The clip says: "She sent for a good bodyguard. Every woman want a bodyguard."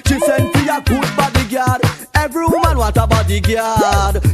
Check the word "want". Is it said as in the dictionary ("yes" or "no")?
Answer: no